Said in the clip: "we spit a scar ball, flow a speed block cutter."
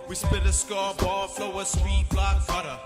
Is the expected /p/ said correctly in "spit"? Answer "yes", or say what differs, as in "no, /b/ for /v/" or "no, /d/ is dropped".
no, /b/ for /p/